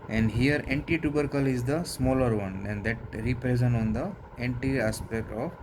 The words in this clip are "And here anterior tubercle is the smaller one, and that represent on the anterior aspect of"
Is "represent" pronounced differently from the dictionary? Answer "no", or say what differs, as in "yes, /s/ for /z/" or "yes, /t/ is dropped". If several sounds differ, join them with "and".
yes, /t/ is dropped